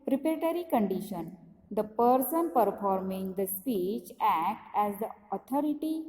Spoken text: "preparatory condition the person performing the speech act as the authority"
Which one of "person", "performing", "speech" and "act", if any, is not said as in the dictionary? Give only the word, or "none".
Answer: none